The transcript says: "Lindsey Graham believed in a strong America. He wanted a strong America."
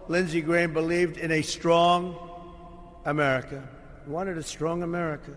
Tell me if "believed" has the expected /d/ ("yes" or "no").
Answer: yes